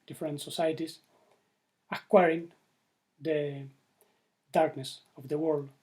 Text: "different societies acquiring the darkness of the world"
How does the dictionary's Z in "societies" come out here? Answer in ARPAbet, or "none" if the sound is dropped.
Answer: S